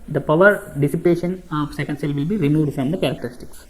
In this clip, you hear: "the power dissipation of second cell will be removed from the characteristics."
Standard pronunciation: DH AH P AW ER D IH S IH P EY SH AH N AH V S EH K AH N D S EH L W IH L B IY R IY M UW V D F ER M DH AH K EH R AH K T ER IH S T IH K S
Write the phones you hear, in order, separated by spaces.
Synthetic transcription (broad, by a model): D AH P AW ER D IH S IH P EY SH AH N AH V S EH K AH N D S EH L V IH L B IY R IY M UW D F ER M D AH K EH R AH K T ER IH S T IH K S